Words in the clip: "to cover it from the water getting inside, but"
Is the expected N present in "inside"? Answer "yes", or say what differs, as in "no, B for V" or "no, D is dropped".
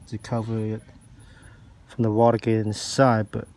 no, N is dropped